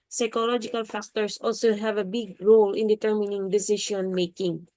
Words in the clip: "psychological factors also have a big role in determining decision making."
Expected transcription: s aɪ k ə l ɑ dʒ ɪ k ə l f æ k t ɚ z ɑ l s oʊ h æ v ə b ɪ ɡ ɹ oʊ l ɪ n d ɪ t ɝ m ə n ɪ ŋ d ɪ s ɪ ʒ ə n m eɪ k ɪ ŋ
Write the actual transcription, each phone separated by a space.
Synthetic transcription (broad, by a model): s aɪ k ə l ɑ dʒ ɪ k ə l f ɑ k t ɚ s ɑ l s oʊ h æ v ə b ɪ ɡ ɹ oʊ l ɪ n d ɪ t ɝ m ə n ɪ ŋ d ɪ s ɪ ʃ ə n m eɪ k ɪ ŋ